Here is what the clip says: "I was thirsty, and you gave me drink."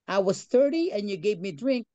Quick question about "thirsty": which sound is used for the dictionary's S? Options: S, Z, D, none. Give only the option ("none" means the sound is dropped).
none